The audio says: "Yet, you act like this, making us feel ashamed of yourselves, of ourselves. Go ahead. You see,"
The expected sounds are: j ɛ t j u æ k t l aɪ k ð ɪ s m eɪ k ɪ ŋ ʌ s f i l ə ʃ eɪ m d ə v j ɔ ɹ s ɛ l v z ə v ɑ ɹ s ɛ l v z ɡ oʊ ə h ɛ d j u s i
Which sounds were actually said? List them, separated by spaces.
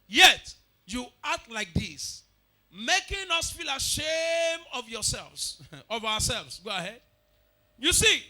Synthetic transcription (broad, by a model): j ɛ t j u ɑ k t l aɪ k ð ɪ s m eɪ k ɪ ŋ ʌ s f i l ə ʃ eɪ m ə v j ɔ s ɛ l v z ə v ɑ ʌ s ɛ l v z ɡ oʊ ə h ɛ d j u s i